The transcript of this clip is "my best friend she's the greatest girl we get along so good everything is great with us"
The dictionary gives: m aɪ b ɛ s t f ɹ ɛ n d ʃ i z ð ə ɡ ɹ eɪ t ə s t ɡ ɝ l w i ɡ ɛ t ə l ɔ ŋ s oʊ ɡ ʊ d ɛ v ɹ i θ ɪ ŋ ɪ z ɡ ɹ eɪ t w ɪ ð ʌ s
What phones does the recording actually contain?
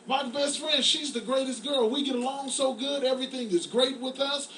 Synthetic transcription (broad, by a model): m aɪ b ɛ s t f ɹ ɛ n d ʃ i z ð ə ɡ ɹ eɪ t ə s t ɡ ɝ l w i ɡ ɛ t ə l ɔ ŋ s oʊ ɡ ʊ d ɛ v ɹ i θ ɪ ŋ ɪ z ɡ ɹ eɪ t w ɪ ð ʌ s